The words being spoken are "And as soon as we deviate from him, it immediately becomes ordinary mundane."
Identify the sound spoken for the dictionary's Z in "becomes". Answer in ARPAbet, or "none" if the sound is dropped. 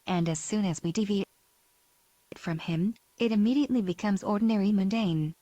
Z